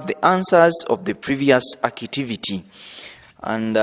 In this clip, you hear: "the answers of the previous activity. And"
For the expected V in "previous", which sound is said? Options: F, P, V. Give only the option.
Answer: V